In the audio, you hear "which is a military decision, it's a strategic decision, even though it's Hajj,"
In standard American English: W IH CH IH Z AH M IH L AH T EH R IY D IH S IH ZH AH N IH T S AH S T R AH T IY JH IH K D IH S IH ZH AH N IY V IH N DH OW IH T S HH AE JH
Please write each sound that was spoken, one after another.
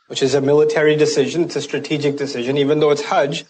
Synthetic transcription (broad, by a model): W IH CH IH Z AH M IH L AH T EH R IY D IH S IH ZH AH N IH T S AH S T R AH T IY JH IH K D IH S IH ZH AH N IY V IH N DH OW IH T S HH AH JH